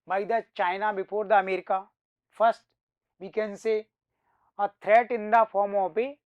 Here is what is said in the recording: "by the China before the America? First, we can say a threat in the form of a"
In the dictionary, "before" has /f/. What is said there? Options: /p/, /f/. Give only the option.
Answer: /p/